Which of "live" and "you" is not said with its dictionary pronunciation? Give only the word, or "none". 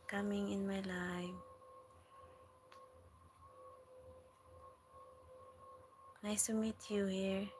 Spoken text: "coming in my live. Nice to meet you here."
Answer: live